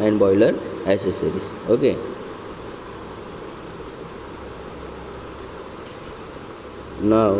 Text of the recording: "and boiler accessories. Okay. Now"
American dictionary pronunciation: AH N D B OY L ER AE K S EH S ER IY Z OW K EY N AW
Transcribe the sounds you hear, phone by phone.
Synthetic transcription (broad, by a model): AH N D B OY L ER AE S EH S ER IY S OW K EY N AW